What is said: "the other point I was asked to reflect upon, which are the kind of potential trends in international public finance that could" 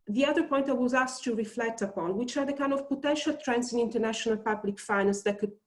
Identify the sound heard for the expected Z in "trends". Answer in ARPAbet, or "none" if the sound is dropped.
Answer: S